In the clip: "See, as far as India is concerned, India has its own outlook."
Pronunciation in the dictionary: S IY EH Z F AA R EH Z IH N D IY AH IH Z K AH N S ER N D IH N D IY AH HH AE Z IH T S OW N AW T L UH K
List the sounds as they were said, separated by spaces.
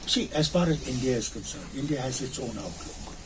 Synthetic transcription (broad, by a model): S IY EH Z F AA R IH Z IH N D IY AH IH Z K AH N S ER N IH N D IY AH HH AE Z IH T S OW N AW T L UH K